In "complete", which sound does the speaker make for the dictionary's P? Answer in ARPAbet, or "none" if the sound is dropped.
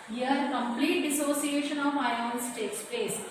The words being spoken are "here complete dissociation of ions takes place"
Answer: P